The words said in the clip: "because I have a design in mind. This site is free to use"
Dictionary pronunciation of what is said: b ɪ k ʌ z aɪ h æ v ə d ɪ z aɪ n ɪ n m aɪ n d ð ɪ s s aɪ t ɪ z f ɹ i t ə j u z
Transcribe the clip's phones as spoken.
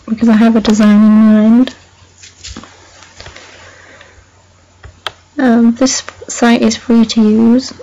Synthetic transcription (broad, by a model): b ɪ k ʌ z aɪ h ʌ v ə d ɪ z aɪ n ɪ n m aɪ n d ð ɪ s s aɪ t ɪ z f ɹ i t ə j u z